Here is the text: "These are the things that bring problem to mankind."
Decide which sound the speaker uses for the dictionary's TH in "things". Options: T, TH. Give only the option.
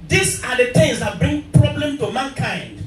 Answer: T